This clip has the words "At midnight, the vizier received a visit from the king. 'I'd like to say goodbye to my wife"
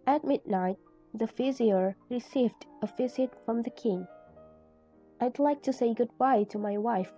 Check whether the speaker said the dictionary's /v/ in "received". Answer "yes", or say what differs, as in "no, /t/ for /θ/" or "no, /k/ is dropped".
yes